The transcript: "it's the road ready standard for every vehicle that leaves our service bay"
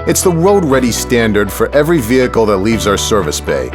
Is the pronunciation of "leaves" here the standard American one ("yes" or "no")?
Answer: yes